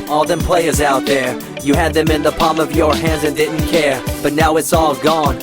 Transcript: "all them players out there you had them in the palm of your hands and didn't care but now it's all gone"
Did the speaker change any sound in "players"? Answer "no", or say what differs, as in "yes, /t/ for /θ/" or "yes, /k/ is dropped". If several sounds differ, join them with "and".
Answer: no